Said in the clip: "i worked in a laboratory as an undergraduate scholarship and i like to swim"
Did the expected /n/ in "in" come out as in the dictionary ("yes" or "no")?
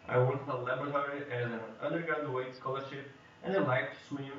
no